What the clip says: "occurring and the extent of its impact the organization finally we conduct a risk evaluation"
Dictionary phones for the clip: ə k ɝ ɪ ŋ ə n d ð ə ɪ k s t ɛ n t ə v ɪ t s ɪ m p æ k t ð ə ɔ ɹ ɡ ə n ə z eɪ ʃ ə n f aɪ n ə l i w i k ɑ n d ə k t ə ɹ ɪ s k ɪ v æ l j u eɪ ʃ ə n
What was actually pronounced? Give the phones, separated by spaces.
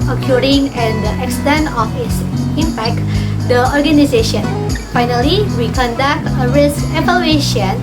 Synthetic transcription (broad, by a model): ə k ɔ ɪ ŋ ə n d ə ɪ k s t ɛ n t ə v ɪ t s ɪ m p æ k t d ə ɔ ɹ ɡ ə n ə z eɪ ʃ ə n f aɪ n ə l i w i k ɑ n d ə k t ə ɹ ɪ s k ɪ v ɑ l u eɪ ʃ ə n